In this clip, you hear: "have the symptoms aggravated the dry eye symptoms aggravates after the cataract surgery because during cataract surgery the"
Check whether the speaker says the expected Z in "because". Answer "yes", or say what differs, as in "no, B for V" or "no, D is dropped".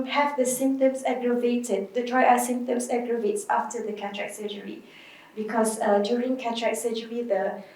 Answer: no, S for Z